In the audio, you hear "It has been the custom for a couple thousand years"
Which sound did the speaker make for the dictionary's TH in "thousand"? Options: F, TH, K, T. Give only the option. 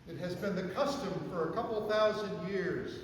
TH